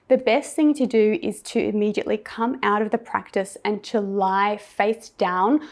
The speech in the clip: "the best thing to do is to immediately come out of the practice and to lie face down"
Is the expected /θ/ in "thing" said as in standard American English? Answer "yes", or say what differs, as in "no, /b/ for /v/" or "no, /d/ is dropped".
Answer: yes